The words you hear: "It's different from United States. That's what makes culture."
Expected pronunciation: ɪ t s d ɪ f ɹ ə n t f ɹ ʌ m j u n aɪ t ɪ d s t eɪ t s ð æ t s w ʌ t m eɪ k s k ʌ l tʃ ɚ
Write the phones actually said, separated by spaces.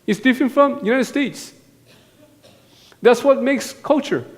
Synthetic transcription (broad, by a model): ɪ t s d ɪ f ɹ ə n t f ɹ ʌ m j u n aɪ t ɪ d s t eɪ t s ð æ t s w ʌ t m eɪ k s k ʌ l tʃ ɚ